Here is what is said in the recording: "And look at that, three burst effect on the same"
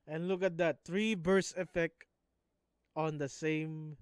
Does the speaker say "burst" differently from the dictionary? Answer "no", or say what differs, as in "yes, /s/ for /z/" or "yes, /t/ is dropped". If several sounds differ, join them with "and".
yes, /t/ is dropped